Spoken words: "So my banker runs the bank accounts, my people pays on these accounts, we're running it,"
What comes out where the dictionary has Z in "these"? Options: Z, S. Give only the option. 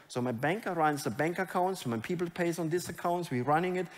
S